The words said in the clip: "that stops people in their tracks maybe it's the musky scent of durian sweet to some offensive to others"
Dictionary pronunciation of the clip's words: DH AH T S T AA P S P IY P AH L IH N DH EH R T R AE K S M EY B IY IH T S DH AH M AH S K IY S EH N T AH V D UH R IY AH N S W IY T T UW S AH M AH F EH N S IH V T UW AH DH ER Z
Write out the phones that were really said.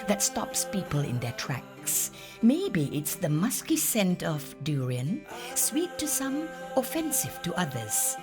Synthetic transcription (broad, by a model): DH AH T S T AA P S P IY P AH L IH N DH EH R T R AE K S M EY B IY IH T S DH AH M AH S K IY S EH N T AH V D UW R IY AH N S W IY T T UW S AH M AH F EH N S IH V T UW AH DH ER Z